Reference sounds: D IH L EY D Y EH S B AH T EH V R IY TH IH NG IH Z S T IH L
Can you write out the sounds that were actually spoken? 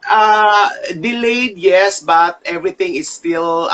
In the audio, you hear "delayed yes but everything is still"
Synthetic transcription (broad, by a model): D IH L EY D Y EH S B AH T EH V R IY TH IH NG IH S T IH L